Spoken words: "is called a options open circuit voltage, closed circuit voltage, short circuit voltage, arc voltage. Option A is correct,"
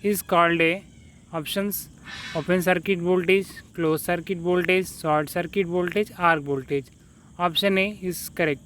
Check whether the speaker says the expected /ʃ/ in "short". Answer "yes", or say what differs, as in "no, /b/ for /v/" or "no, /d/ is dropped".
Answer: no, /s/ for /ʃ/